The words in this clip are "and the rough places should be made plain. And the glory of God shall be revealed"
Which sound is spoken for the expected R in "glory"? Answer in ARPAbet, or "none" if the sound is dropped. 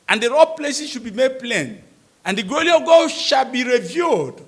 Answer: L